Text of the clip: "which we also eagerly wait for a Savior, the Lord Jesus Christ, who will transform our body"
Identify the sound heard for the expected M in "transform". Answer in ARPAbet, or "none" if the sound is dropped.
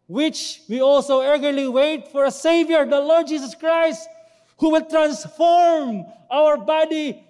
M